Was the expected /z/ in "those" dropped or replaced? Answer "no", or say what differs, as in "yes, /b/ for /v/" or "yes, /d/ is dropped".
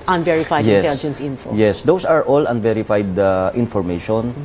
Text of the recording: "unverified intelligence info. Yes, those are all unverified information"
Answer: yes, /s/ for /z/